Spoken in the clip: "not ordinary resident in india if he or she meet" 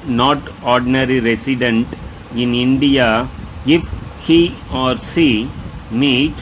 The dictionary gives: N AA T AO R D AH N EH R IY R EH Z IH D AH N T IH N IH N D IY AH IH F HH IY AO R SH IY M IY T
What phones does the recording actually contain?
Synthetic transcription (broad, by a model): N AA T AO R D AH N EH R IY R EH S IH D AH N T IH N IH N D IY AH IH F HH IY AO R S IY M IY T